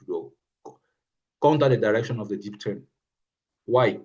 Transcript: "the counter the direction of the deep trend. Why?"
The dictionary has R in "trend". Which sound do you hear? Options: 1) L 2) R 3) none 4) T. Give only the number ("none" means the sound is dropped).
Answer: 3